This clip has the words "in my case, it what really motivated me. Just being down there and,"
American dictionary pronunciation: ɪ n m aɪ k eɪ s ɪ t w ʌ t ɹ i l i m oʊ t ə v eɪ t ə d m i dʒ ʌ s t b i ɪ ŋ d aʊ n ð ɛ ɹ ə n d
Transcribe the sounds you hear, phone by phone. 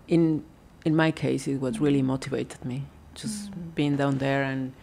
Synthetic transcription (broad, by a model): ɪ n m aɪ k eɪ s ɪ t w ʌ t ɹ i l i m oʊ t ə v eɪ t ə d m i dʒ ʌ s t b i ɪ ŋ d aʊ n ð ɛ ɹ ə n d